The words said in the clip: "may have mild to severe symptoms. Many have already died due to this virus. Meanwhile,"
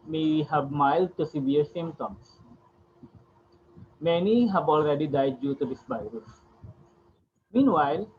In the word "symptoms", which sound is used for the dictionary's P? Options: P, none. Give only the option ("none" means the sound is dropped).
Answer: none